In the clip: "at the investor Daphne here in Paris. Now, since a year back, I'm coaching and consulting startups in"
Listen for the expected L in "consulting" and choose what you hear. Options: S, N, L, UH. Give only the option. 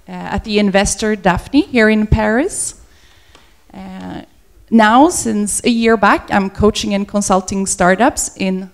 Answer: L